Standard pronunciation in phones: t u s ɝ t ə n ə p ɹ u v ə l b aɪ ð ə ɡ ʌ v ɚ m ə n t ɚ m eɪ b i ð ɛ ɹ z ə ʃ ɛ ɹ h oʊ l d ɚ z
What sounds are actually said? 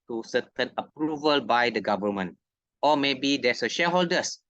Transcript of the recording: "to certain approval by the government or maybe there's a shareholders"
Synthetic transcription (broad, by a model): t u s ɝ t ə n ə p ɹ u v ə l b aɪ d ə ɡ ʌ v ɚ m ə n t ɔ m eɪ b i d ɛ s ə ʃ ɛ h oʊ l d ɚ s